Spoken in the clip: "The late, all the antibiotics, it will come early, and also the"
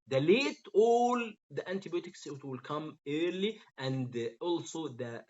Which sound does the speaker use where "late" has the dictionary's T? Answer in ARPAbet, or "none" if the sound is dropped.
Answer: T